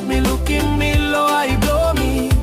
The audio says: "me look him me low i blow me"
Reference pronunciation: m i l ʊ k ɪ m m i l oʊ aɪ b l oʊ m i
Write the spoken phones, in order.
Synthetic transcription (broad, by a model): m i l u k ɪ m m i l oʊ aɪ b oʊ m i